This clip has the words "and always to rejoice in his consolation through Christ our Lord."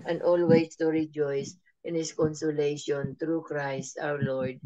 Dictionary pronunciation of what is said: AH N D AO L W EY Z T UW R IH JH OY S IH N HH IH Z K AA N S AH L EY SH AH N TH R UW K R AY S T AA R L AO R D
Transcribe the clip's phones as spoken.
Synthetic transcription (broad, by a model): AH N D AO L W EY S T UW R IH JH OY S IH N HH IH S K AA N S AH L EY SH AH N T R UW K R AY S T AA W L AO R D